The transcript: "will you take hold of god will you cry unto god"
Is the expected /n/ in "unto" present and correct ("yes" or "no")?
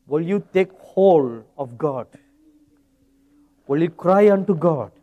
yes